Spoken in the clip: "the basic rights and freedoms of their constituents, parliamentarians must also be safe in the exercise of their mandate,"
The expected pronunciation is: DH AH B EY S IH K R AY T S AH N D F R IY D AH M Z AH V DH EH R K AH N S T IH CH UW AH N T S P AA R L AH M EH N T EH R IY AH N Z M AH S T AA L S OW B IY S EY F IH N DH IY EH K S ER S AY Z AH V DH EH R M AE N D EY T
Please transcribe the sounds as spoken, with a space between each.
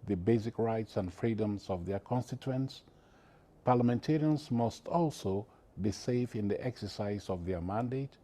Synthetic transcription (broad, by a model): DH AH B EY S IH K R AY T S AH N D F R IY D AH M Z AH V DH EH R K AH N S T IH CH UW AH N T S P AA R L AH M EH N T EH R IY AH N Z M AH S T AA L S OW B IY S EY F IH N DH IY EH K S ER S AY Z AH V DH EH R M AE N D EY T